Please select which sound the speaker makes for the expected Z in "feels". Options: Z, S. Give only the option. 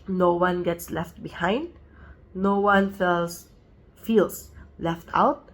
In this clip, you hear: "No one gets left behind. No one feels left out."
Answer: S